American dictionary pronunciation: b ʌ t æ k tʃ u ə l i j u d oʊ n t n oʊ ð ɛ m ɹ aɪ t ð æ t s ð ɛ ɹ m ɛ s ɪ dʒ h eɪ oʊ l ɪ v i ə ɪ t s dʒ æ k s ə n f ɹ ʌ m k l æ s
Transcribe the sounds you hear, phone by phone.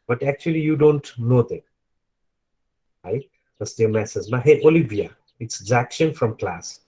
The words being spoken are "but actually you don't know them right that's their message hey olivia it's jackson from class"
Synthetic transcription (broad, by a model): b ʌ t æ k tʃ u ə l i j u d oʊ n t n oʊ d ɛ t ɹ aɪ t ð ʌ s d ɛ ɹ m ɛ s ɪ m h eɪ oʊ l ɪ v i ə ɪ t s z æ k ʃ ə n f ɹ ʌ m k l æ s